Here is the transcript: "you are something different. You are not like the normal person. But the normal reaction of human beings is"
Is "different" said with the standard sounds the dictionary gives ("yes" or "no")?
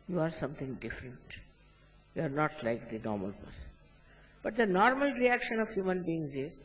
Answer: yes